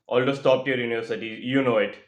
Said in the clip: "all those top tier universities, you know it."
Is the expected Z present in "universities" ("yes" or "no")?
no